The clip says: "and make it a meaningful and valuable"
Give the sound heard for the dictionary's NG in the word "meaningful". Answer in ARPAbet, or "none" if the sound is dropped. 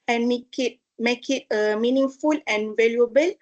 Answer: NG